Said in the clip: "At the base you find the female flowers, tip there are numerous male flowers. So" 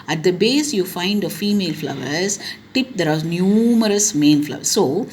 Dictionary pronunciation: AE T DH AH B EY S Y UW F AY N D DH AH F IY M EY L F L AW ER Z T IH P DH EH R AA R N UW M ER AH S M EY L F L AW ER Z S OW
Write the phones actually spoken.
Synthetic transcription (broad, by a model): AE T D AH B EY S Y UW F AY N D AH F IY M EY L F L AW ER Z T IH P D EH R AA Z N UW M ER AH S M EY N F L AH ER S S OW